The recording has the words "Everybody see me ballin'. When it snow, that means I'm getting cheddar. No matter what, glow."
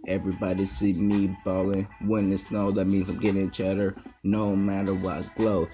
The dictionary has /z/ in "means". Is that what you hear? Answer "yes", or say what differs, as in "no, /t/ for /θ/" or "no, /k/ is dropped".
yes